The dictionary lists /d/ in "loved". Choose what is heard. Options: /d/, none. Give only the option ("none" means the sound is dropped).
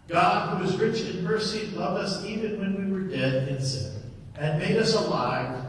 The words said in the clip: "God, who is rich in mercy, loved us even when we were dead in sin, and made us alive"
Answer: /d/